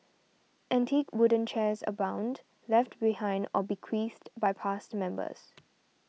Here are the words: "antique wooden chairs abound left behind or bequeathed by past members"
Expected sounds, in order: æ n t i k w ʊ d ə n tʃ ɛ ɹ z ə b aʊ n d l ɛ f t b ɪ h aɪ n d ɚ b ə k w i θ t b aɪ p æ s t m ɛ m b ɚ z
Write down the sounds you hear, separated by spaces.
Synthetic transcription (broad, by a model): æ n t i k w ʊ d ə n tʃ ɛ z ə b aʊ n d l ɛ f t b ɪ h aɪ n d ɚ b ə k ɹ i s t b aɪ p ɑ s t m ɛ m b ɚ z